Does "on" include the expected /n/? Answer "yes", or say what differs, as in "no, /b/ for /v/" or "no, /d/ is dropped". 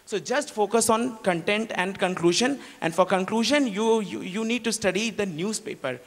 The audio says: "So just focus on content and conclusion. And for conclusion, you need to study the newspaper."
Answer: yes